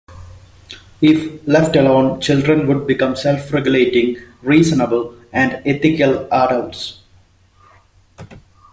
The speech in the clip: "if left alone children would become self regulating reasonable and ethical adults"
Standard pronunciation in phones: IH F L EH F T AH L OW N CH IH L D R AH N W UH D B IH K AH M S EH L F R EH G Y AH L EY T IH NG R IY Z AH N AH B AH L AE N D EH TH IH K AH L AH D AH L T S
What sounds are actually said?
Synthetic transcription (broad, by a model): IH F L EH F T AH L OW N CH IH L D R AH N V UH D B IH K AH M S EH L F R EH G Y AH L EY T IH NG R IY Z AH N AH B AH L AE N D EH T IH K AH L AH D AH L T S